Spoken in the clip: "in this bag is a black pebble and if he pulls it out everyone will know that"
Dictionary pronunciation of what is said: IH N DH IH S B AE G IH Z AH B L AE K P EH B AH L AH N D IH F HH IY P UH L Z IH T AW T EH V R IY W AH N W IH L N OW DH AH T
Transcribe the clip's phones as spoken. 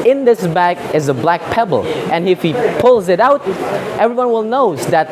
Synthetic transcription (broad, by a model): IH N DH IH S B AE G IH Z AH B L AE K P EH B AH L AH N IH F HH IY P UH L Z IH T AW T EH V R IY W AH N W IH L N OW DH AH T